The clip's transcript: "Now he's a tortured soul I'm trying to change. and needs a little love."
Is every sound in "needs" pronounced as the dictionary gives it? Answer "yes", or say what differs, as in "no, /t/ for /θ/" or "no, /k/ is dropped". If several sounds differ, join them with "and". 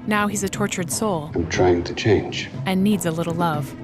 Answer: yes